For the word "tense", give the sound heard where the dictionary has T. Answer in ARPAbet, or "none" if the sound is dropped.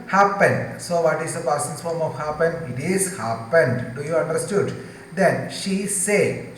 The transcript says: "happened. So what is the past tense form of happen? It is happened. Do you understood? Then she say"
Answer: S